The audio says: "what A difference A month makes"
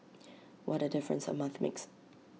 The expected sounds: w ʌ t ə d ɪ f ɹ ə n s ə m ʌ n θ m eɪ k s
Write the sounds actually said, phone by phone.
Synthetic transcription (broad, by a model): w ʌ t ə d ɪ f ɹ ə n s ə m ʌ n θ m eɪ k s